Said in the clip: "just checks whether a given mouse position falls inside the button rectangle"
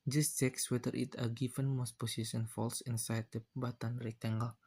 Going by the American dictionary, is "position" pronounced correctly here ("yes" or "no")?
no